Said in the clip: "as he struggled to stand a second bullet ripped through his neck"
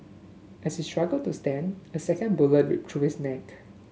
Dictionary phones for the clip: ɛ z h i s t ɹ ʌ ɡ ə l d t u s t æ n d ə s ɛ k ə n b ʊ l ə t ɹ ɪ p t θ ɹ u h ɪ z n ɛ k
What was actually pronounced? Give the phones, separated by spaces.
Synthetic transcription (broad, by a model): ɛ s h i s t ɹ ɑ ɡ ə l t u s t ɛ n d ə s ɛ k ə n b ʊ l ə t w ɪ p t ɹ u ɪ s n ɛ k